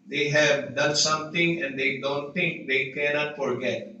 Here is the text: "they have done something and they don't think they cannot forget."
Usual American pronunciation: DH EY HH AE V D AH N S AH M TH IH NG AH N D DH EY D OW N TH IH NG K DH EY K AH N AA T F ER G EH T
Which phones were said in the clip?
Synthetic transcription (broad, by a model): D EY HH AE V D AH N S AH M T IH NG AH N D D EY D OW N T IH NG K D EY K AH N AA T F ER G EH T